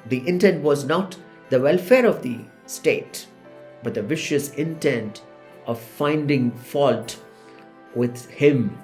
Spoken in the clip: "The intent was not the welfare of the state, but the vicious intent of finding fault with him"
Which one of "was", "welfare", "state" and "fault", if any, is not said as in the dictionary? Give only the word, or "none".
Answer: none